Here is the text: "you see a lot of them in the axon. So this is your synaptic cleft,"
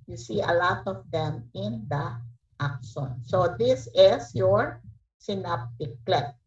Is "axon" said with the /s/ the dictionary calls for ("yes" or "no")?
no